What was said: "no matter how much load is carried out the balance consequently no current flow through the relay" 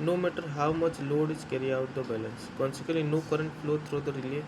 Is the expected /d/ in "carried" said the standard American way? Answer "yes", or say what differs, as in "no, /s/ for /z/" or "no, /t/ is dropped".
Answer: no, /d/ is dropped